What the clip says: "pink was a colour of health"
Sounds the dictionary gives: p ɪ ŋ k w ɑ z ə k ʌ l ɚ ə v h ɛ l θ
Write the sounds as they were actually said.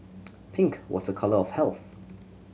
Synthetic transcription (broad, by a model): p ɪ ŋ k w ɑ z ə k ʌ l ɚ ə v h ɛ l θ